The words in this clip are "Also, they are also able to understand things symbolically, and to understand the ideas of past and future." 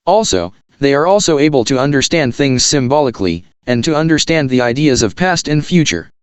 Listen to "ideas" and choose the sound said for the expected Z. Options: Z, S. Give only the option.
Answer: Z